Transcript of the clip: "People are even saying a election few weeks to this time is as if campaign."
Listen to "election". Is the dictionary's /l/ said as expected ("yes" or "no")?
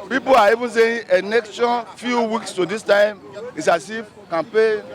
no